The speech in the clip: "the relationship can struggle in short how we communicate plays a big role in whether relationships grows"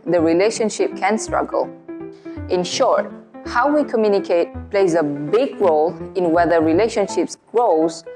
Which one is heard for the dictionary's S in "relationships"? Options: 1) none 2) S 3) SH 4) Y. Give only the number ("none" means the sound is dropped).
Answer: 2